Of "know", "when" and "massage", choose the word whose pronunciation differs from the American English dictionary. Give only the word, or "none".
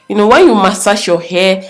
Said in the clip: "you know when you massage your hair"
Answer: massage